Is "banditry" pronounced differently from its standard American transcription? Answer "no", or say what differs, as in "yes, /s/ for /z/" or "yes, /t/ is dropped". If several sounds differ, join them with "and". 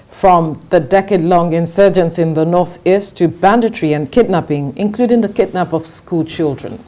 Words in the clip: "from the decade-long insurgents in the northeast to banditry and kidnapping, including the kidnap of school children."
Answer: no